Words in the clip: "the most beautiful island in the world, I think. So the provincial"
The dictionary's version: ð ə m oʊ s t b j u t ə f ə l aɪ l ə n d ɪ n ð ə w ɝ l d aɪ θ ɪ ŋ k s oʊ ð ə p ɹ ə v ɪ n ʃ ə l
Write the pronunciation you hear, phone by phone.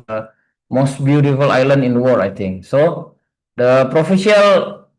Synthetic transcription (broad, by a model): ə m oʊ s t b j u t ə f ə l aɪ l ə n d ɪ n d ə w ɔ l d aɪ t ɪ ŋ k s oʊ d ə p ɹ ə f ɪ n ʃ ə l